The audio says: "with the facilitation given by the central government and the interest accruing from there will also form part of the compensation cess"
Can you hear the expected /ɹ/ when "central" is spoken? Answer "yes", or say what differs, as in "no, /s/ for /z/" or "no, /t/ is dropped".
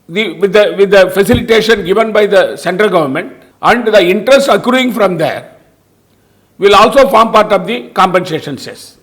yes